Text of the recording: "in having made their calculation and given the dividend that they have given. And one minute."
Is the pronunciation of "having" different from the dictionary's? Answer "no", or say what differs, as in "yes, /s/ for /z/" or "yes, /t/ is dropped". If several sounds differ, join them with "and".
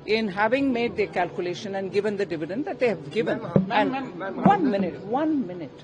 no